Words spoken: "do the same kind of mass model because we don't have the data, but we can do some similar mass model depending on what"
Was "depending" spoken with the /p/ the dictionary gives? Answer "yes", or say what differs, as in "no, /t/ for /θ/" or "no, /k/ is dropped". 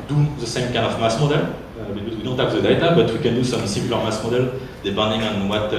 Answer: no, /b/ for /p/